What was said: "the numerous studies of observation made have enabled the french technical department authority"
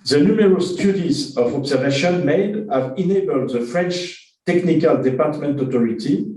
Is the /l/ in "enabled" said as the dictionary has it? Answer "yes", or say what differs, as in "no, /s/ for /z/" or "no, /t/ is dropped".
yes